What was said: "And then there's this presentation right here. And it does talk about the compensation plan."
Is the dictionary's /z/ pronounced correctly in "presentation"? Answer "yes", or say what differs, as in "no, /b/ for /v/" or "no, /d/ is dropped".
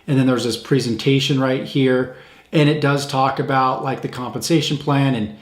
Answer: yes